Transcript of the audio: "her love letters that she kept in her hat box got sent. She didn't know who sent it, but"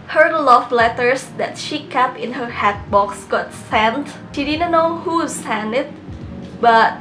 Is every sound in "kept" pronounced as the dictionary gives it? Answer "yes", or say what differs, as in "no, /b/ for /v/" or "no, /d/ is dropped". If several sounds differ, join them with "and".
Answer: no, /t/ is dropped